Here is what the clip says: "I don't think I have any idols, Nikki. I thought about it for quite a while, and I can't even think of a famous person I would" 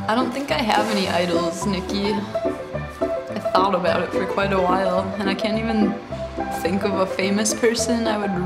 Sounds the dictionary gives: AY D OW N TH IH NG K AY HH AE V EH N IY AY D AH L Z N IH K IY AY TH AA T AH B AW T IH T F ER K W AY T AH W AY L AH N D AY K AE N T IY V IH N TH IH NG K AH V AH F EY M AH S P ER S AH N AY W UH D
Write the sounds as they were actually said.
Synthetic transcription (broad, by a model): AY D OW N TH IH NG K AY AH V EH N IY AY D L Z N IH K IY AY TH AA T AH B AW T IH T F ER K W AY T AH W AY L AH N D AY K AE N T IY V IH N TH IH NG K AH V AH F EY M AH S P ER S AH N AY W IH D